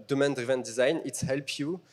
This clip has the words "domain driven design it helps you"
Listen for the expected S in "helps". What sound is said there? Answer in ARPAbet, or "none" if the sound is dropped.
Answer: none